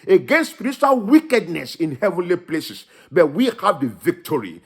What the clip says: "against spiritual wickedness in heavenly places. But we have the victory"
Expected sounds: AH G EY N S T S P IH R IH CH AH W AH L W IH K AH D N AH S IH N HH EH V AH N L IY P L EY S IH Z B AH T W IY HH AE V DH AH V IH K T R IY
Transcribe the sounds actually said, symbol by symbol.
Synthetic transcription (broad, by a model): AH G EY N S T S P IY R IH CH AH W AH L W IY K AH D N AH S IH N HH EH V AH N L IY P L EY S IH S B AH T W IY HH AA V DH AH V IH K T R IY